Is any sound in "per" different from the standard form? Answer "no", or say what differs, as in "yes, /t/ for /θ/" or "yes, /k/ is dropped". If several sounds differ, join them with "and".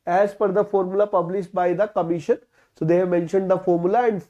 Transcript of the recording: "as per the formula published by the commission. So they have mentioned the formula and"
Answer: yes, /f/ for /p/